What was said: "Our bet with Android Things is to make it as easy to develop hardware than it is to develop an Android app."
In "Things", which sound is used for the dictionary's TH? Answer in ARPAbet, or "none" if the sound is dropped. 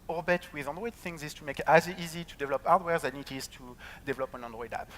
TH